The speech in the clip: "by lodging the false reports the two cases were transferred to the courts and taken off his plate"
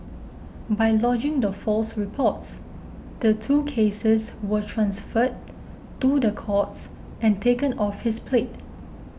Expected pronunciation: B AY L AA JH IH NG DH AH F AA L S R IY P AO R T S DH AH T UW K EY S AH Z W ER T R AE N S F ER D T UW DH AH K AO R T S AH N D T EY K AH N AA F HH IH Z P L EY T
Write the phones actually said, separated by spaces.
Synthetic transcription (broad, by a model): B AY L AA JH IH NG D AH F AA L S R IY P AO T S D AH T UW K EY S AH S W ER T R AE N S F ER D T UW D AH K AO T S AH N T EY K AH N AA F HH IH S P L EY T